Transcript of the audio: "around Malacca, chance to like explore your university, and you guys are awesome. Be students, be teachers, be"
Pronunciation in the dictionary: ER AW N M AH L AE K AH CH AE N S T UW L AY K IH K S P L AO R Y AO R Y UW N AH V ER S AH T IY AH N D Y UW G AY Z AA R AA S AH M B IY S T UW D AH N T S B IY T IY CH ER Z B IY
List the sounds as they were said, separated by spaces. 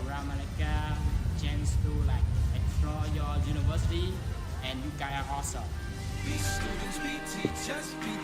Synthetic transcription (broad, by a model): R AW M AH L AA K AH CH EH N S T UW L AY K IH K S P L AO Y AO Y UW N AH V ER S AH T IY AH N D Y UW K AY AA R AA S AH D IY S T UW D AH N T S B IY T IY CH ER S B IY